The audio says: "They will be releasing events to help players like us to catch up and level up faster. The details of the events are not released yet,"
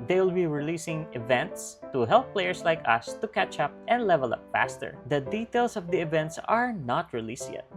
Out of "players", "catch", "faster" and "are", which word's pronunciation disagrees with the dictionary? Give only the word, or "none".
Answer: players